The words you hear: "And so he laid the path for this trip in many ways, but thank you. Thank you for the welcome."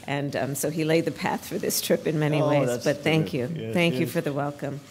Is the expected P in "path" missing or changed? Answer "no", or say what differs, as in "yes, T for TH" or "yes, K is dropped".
no